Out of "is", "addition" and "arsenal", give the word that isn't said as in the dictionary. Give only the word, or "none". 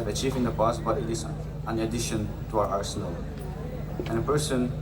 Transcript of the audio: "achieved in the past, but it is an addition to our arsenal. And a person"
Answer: is